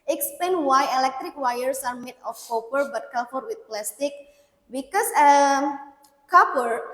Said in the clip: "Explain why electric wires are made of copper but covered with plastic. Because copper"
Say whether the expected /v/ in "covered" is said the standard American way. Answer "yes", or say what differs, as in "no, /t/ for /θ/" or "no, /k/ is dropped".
no, /f/ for /v/